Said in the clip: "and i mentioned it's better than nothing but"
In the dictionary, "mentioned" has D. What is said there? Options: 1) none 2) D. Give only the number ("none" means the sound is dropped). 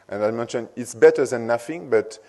1